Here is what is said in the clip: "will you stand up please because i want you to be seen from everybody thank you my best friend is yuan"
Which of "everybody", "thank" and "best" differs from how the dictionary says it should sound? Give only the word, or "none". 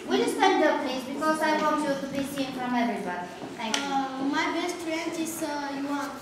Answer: thank